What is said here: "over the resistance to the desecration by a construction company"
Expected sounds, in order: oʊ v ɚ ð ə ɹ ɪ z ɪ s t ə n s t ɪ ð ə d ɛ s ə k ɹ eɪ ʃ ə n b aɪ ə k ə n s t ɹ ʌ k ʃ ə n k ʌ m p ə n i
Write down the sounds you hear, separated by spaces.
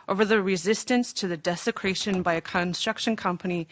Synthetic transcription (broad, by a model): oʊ v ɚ ð ə ɹ ɪ z ɪ s t ə n s t ɪ ð ə d ɛ s ə k ɹ eɪ ʃ ə n b aɪ ə k ə n s t ɹ ʌ k ʃ ə n k ʌ m p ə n i